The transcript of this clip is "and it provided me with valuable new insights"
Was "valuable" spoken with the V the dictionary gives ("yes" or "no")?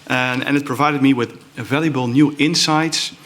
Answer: yes